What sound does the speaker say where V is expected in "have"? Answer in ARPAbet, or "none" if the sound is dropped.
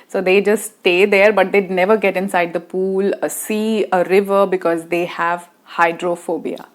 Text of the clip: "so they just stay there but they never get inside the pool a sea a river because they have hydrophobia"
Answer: V